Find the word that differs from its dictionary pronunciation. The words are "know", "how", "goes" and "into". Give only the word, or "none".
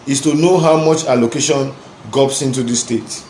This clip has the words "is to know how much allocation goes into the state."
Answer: goes